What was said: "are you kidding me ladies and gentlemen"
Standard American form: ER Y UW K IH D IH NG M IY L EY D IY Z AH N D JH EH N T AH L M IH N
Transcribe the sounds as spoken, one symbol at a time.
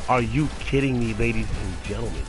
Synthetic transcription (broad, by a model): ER Y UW K IH D IH NG M IY L EY D IY Z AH N JH EH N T L M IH N